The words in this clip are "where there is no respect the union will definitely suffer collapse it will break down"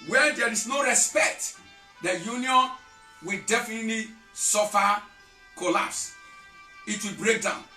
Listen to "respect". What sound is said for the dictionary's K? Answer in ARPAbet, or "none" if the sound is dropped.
K